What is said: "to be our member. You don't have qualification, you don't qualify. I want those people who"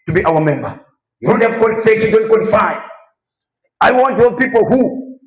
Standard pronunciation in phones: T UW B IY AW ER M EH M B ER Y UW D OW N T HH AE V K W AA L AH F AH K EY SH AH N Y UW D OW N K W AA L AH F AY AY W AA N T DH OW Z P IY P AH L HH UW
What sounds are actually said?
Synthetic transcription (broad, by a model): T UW B IY AW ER M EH M B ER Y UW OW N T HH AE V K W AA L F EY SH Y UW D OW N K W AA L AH F AY AY W AA N T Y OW P IY P AH L HH UW